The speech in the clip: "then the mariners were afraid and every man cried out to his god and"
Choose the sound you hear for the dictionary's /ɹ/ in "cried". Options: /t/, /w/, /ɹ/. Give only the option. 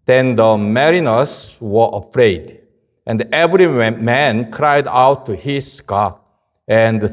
/ɹ/